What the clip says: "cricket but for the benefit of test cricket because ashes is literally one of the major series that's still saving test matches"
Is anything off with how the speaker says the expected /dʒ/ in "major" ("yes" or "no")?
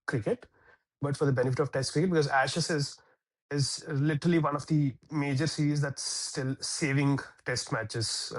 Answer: no